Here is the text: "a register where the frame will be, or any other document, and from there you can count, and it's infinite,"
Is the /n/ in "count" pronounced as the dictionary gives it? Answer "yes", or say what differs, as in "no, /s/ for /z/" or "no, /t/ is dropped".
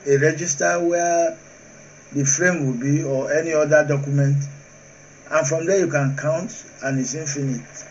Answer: yes